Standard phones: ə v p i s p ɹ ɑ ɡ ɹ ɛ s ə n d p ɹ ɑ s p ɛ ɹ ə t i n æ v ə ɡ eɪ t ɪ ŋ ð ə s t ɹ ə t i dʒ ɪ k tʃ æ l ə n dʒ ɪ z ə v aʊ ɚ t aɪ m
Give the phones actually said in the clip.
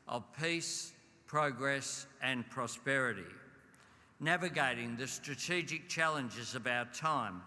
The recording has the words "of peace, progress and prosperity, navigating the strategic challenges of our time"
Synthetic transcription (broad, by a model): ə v p i s p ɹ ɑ ɡ ɹ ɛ s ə n p ɹ ɑ s p ɛ ɹ ə t i n æ v ə ɡ eɪ t ɪ ŋ ð ə s t ɹ ə t i dʒ ɪ k tʃ æ l ə n dʒ ɪ z ə v aʊ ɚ t aɪ m